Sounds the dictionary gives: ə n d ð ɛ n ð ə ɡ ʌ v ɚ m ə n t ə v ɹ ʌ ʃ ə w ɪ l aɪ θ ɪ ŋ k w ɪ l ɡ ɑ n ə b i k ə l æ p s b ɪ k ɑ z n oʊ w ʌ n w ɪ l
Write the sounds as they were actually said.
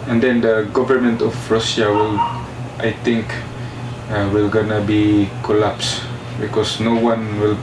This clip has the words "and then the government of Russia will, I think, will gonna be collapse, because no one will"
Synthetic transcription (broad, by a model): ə n d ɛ n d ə ɡ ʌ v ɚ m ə n t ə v ɹ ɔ s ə w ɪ l aɪ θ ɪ ŋ k w ɪ l ɡ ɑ n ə b i k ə l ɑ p s b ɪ k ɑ s n oʊ w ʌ n w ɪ l